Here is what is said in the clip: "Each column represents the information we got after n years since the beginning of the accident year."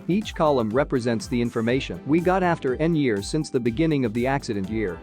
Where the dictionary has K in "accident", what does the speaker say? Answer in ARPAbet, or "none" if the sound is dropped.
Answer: K